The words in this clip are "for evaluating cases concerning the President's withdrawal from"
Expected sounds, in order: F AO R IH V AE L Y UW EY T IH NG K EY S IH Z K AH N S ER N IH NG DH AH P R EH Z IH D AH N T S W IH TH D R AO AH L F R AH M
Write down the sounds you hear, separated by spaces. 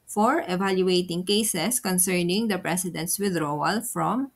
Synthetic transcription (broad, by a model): F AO R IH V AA L Y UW EY T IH NG K EY S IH S K AH N S ER N IH NG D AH P R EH S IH D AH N T S W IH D R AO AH L F R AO M